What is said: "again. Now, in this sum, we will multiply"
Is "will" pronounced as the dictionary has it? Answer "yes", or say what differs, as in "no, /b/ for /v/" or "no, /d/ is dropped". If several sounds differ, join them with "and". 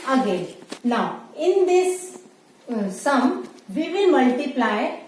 no, /n/ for /l/